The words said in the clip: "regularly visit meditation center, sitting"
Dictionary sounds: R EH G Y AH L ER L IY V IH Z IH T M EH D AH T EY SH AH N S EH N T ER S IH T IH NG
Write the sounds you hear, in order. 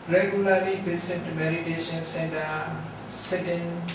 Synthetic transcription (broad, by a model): R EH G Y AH L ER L IY B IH S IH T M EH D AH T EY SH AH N S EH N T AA S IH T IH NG